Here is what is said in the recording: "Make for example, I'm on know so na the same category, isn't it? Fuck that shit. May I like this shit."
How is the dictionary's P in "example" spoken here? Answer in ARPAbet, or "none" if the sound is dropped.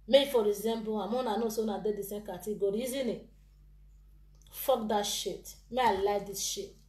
B